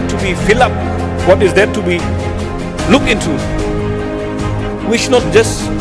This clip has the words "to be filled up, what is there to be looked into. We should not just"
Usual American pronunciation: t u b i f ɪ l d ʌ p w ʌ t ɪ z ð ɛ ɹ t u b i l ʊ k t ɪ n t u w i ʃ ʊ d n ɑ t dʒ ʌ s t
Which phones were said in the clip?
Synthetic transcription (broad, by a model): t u b i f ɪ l ʌ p w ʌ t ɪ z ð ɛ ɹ t u b i l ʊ k ɪ n t u w i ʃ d n ɑ t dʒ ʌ s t